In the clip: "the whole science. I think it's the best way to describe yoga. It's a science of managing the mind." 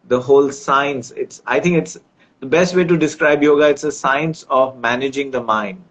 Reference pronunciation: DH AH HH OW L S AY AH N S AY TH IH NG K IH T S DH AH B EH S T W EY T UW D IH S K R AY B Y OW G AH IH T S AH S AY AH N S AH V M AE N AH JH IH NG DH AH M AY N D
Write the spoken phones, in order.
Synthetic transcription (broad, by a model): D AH HH OW L S AY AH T S AY T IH NG K IH T S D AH B EH S T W EY T UW D IH S K R AY B Y OW G AH IH T S AH S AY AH N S AH V M AE N AH JH IH NG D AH M AY N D